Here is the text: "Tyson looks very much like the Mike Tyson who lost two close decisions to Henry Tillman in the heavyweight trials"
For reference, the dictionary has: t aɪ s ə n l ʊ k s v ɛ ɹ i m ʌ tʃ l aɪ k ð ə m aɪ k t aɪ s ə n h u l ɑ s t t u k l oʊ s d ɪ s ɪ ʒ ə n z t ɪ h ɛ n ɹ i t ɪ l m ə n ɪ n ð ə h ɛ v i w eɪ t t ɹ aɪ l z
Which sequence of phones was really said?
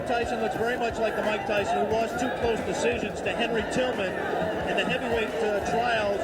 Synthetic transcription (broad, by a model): t aɪ s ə n l ʊ k s v ɛ ɹ i m ʌ tʃ l aɪ k ð ə m aɪ k t aɪ s ə n h u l ɑ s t t u k l oʊ s d ɪ s ɪ ʒ ə n z t ɪ h ɛ n ɹ i t ɪ l m ə n ɪ n ð ə h ɛ v i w eɪ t t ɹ aɪ l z